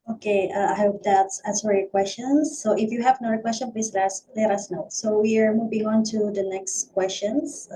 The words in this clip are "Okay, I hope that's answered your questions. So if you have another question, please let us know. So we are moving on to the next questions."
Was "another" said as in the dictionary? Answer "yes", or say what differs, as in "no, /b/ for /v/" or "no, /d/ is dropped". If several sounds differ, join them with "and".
no, /ð/ is dropped